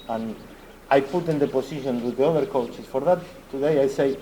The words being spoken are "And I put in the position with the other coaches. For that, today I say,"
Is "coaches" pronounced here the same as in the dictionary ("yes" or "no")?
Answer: no